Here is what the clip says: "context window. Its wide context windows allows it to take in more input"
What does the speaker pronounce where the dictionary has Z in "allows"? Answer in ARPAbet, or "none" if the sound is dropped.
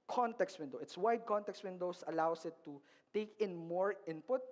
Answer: S